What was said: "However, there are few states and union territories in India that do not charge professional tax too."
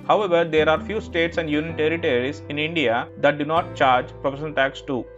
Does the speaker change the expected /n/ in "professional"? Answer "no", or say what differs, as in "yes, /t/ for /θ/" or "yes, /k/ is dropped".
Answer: yes, /n/ is dropped